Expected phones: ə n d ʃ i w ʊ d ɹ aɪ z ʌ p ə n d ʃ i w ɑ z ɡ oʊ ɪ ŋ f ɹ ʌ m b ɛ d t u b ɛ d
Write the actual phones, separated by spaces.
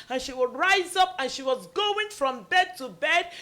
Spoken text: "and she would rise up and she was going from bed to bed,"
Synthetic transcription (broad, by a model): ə n ʃ i w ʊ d ɹ aɪ z ʌ p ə n ʃ i w ɑ z ɡ oʊ ɪ ŋ f ɹ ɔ m b ɛ d t u b ɛ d